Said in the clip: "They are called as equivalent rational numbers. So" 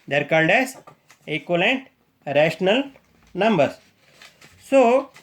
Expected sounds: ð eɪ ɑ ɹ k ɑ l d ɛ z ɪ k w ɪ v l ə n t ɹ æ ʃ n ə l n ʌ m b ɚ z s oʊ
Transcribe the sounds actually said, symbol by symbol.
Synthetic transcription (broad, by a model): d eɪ ɹ k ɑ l d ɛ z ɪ k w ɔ l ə n t ɹ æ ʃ n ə l n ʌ m b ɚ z s oʊ